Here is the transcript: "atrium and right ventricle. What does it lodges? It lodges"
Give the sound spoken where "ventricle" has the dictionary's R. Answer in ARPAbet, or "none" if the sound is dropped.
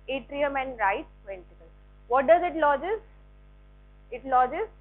none